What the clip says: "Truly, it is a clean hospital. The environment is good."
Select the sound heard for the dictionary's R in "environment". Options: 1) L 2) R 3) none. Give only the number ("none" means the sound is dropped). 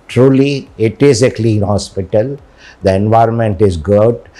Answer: 2